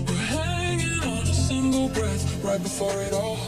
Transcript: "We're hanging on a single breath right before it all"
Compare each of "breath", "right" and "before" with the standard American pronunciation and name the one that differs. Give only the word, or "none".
none